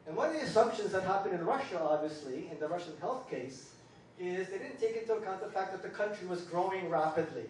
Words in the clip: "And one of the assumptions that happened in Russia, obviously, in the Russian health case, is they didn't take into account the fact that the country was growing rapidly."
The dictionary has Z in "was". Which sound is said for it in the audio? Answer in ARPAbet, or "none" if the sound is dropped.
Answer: Z